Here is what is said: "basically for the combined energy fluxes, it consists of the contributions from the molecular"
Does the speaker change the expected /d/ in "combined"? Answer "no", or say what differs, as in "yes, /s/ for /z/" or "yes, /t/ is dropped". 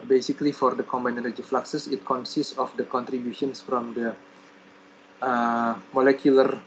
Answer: yes, /d/ is dropped